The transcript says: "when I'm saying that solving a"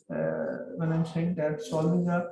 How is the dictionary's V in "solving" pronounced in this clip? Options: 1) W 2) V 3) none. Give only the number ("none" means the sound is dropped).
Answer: 3